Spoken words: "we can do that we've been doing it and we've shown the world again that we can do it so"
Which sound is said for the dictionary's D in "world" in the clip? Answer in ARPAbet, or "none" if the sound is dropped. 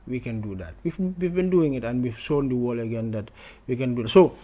none